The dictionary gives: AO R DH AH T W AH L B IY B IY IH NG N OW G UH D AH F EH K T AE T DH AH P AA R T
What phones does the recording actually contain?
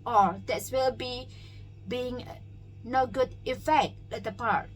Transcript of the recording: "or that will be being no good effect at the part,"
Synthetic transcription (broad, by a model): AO R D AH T W AH L B IY B IY IH NG N OW G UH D AH F EH K T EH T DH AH P AA R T